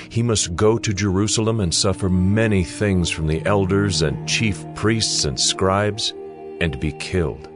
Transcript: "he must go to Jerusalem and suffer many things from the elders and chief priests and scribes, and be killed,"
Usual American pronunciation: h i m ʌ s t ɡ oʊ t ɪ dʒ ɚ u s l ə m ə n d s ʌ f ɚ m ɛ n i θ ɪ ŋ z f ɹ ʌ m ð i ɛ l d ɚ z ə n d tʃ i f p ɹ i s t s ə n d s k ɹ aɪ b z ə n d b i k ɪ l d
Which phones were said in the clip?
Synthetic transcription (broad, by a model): h i m ʌ s t ɡ oʊ t ɪ dʒ ɚ u s l ə m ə n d s ʌ f ɚ m ɛ n i θ ɪ ŋ z f ɹ ʌ m ð i ɛ l d ɚ z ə n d tʃ i f p ɹ i s t s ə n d s k ɹ aɪ b z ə n b i k ɪ l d